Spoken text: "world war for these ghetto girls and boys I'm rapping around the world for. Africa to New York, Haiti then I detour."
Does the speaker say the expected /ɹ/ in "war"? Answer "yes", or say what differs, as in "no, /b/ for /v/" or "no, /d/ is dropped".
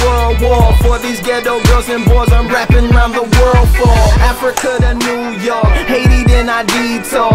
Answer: no, /l/ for /ɹ/